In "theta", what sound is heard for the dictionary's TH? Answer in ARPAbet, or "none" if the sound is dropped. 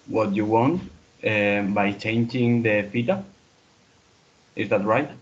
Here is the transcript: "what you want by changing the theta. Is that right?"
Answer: F